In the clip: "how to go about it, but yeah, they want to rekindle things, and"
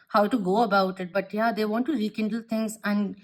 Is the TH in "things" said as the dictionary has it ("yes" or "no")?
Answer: no